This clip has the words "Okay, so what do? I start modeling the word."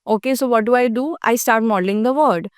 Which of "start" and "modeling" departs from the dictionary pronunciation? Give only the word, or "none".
none